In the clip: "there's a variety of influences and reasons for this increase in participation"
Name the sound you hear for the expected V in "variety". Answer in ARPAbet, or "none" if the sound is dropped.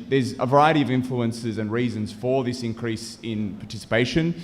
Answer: V